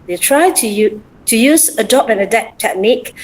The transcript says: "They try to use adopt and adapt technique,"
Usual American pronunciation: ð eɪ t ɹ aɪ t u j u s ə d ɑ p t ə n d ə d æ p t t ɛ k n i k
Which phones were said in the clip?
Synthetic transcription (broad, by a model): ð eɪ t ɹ aɪ t u j u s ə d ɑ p ə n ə d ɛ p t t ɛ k n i k